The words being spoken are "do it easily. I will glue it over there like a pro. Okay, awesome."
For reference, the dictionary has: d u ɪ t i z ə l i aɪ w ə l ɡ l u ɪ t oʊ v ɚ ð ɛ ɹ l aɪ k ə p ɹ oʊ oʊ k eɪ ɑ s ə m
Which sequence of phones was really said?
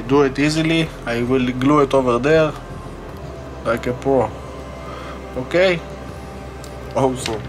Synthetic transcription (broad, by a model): d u ɪ t i z ə l i aɪ w ə l ɡ l u ɪ t oʊ v ɚ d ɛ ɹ l aɪ k ə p oʊ oʊ k eɪ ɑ s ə